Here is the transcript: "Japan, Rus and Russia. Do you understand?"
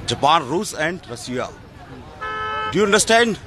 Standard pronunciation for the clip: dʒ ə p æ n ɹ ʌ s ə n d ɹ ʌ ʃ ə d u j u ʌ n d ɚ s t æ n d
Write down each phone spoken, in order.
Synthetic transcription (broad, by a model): dʒ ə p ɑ n ɹ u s ə n d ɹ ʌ s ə d u j u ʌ n d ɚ s t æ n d